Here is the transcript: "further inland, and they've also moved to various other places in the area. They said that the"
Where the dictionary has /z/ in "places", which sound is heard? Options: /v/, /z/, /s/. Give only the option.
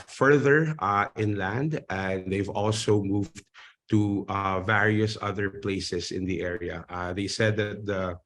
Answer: /s/